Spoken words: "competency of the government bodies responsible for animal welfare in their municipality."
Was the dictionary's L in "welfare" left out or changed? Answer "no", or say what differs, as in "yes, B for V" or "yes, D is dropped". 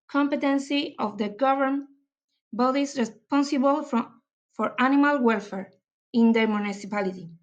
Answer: no